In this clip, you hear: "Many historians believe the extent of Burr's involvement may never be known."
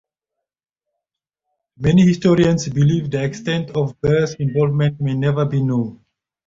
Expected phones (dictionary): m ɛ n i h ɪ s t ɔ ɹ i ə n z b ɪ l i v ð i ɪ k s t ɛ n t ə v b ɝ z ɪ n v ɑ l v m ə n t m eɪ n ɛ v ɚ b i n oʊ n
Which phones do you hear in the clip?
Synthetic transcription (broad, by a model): m ɛ n i h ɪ s t ɔ ɹ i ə n s b ɪ l i v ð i ɪ k s t ɛ n t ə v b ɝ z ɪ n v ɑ l v m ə n t m eɪ n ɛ v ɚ b i n oʊ n